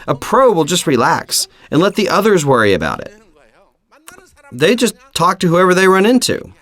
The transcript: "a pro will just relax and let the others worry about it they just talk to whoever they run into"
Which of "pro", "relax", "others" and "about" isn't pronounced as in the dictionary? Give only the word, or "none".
none